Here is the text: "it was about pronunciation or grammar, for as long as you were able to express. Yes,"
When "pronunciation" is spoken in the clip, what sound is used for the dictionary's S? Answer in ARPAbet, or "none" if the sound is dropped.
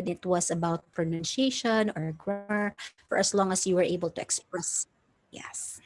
SH